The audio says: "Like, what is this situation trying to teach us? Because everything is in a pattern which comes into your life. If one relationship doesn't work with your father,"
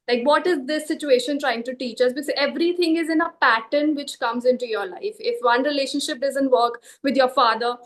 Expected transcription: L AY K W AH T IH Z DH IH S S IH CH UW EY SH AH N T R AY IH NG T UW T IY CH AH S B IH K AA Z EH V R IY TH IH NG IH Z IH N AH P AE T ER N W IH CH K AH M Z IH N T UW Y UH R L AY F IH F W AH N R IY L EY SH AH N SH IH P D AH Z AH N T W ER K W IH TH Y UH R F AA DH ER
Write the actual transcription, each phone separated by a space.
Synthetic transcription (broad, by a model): L AY K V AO T IH Z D IH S S IH CH UW EY SH AH N T R AY IH NG T UW T IY CH AH S B IH K AA Z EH V R IY T IH NG IH Z IH N AH P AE T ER N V IH CH K AH M Z IH N T UW Y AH R L AY F IH F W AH N R IY L EY SH AH N SH IH P D AH Z AH N T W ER K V IH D Y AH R F AA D ER